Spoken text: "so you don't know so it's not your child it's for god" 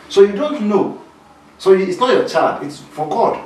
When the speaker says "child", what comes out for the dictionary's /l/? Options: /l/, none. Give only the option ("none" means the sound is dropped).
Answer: none